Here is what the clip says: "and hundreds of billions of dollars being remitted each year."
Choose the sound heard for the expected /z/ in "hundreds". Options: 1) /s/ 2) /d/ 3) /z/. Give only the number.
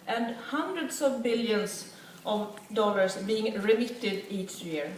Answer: 1